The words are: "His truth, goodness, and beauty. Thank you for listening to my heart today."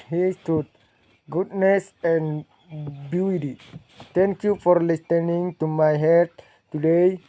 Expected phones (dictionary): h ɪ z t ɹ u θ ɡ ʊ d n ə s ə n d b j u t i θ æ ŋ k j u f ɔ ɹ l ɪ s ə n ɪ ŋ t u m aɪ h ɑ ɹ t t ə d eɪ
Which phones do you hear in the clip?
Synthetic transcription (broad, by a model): h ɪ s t u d ɡ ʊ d n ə s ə n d b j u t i t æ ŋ k j u f ɔ ɹ l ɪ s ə n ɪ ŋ t u m aɪ h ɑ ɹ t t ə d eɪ